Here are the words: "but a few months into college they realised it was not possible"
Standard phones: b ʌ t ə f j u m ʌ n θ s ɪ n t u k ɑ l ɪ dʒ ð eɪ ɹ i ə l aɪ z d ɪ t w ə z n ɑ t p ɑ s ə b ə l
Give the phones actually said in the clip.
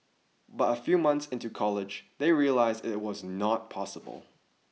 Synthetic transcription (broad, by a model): b ʌ t ə f j u m ʌ n θ s ɪ n t u k ɑ l ɪ dʒ ð eɪ ɹ i ə l aɪ z d ɪ t w ə z n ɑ t p ɑ s ə b ə l